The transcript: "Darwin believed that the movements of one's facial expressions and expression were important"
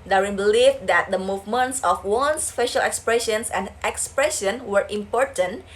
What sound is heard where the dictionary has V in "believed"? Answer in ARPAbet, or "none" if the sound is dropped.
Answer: F